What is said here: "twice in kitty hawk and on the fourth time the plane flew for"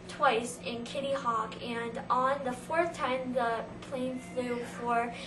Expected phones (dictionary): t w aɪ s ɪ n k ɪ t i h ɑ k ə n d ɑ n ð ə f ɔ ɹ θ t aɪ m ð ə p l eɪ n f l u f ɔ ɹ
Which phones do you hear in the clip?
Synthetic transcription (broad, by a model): t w aɪ s ɪ n k ɪ t i h ɑ k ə n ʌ n ð ə f ɔ ɹ θ t aɪ m ð ə p l eɪ n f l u f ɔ ɹ